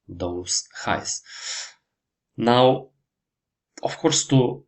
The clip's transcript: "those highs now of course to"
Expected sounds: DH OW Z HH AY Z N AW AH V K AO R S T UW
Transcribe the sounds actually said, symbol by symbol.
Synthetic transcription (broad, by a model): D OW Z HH AY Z N AW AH F K AO R S T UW